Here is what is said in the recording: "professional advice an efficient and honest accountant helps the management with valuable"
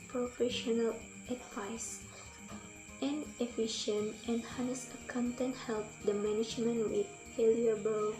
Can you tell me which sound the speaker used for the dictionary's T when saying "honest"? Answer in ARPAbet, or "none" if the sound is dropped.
none